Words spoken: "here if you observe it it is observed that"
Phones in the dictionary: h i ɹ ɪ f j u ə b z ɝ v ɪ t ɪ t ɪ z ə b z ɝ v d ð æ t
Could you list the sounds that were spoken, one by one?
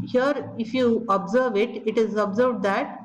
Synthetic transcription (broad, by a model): h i ɹ ɪ f j u ə b z ɝ v ɪ t ɪ t ɪ z ə b z ɝ v d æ t